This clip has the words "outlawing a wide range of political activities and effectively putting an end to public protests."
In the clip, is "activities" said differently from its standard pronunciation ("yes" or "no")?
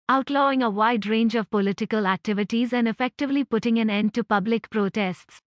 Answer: no